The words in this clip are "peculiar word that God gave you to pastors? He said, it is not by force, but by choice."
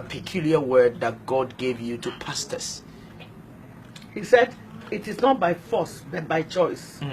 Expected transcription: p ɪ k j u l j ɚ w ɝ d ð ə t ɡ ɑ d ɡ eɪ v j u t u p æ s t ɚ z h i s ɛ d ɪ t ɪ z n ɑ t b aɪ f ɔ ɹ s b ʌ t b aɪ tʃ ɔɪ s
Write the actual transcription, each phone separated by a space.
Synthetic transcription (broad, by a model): p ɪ k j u l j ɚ w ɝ d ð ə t ɡ ɑ d ɡ eɪ v j u t u p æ s t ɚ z h i s ɛ d ɪ t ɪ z n ɑ t b aɪ f ɔ s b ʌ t b aɪ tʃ ɔɪ s